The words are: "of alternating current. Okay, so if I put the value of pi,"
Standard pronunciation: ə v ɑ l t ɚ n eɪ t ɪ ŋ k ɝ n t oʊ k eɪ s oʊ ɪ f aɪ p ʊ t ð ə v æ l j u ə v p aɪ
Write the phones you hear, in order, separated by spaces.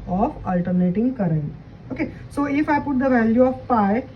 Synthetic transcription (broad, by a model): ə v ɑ l t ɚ n eɪ t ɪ ŋ k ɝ t oʊ k eɪ s oʊ ɪ f aɪ p ʊ t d ə v æ l j u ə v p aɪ